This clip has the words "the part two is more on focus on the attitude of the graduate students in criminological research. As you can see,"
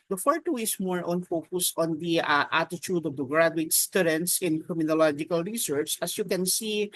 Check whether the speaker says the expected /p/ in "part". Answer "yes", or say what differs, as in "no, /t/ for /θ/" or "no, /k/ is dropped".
no, /f/ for /p/